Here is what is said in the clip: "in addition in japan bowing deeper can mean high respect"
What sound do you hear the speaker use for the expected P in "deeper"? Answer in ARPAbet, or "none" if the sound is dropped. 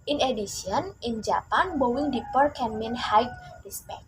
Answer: P